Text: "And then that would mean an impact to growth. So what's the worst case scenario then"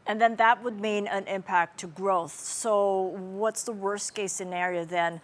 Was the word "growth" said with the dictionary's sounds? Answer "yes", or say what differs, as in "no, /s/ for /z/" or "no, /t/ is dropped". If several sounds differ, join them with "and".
yes